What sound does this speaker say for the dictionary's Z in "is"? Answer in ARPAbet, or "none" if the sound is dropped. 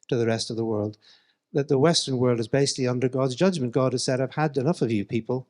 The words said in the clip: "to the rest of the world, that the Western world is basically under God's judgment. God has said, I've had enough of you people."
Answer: Z